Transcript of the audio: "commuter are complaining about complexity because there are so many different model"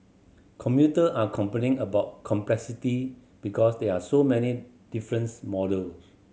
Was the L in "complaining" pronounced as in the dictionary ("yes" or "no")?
no